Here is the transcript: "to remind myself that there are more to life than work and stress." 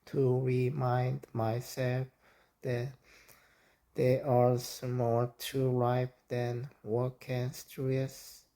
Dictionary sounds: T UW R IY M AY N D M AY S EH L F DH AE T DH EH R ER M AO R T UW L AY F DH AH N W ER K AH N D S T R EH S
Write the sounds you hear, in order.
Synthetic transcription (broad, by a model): T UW R IY M AY N D M AY S EH L F DH AE T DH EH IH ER M AO L T UW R AY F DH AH N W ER K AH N S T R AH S